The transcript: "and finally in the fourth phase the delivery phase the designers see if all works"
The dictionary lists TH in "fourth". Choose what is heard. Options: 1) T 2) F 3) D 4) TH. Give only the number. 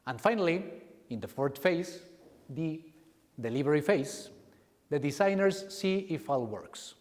1